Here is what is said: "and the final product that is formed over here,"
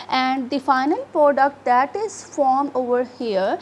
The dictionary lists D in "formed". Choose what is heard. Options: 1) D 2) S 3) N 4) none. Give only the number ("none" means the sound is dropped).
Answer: 4